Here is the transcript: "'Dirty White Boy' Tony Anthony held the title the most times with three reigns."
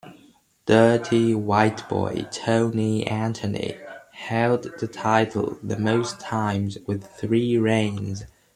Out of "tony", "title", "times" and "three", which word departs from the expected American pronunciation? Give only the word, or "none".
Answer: none